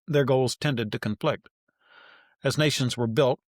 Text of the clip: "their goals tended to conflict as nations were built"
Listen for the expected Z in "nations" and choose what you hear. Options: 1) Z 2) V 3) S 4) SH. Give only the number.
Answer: 1